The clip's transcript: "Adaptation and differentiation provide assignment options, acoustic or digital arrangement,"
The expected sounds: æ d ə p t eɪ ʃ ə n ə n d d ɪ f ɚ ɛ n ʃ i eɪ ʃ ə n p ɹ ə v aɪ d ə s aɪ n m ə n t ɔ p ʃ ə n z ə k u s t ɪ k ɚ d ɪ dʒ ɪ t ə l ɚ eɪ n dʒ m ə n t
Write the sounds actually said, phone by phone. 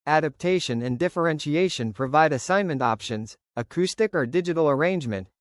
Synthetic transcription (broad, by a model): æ d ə p t eɪ ʃ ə n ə n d d ɪ f ɚ ɛ n ʃ i eɪ ʃ ə n p ɹ ə v aɪ d ə s aɪ n m ə n t ɔ p ʃ ə n z ə k u s t ɪ k ɚ d ɪ dʒ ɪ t l ɚ eɪ n dʒ m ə n t